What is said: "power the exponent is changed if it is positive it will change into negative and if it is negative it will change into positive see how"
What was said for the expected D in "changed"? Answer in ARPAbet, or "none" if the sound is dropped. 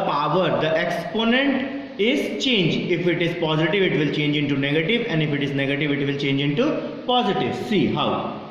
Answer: none